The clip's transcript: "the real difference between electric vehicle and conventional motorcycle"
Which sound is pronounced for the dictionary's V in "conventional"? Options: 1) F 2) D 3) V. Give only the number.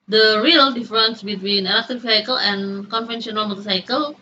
1